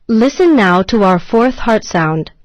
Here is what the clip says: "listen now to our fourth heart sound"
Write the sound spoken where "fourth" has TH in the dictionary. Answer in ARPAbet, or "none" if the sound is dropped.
TH